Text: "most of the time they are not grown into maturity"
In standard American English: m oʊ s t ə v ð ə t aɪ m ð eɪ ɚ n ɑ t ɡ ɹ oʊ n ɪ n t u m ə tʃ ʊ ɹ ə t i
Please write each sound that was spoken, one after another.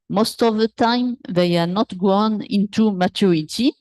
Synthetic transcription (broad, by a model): m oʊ s t ə v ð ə t aɪ m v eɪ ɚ n ɑ t ɡ w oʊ n ɪ n t u m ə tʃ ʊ ɹ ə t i